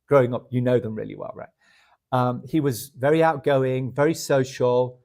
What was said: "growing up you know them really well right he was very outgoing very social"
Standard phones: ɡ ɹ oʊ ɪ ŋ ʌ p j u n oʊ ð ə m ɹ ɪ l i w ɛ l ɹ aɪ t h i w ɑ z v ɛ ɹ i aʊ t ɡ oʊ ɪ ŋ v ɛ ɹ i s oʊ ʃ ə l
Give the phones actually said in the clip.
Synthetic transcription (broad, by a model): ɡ ɹ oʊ ɪ ŋ ʌ p j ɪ n oʊ ð ə m ɹ ɪ l i w ɛ l ɹ aɪ t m i w ɑ z v ɛ ɹ i aʊ t ɡ oʊ ɪ ŋ v ɛ ɹ i s oʊ ʃ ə l